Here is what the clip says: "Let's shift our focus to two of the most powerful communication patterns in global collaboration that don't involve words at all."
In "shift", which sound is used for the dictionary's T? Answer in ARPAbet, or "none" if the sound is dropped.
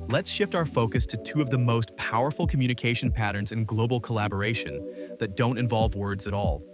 T